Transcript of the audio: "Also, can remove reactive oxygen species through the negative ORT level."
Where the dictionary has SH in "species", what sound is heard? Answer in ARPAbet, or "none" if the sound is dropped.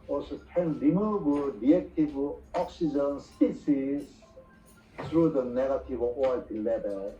S